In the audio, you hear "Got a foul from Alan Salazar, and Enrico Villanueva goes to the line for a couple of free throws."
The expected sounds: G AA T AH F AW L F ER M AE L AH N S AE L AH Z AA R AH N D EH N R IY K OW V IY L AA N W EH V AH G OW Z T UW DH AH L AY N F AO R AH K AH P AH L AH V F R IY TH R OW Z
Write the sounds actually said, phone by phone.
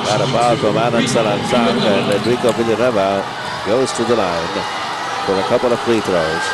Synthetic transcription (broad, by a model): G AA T AH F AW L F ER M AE N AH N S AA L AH S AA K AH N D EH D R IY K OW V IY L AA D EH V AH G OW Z T UW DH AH L AY N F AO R AH K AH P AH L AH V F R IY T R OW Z